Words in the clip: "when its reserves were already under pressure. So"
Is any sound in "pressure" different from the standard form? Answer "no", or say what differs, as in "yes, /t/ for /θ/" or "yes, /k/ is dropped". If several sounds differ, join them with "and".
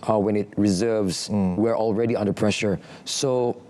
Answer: no